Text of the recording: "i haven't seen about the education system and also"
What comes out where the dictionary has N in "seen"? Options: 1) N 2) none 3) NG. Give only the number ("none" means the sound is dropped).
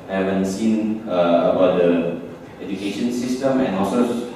1